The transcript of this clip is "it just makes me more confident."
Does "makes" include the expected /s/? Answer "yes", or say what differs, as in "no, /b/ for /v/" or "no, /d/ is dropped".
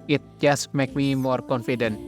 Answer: no, /s/ is dropped